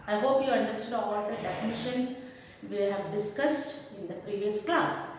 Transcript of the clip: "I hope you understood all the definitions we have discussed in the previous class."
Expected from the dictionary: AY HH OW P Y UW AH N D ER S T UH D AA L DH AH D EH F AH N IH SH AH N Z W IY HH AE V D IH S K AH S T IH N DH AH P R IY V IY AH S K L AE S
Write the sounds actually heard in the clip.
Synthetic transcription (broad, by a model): AY HH OW P Y UW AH N D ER S T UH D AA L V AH D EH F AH N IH SH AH N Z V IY HH AE V D IH S K AH S T IH N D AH P R IY V IY AH S K L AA S